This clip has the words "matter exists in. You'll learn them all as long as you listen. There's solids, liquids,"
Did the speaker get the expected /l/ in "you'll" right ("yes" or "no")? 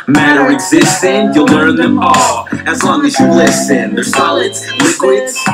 yes